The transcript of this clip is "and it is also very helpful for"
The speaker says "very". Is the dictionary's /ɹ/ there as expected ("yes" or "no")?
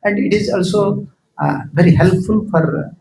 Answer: yes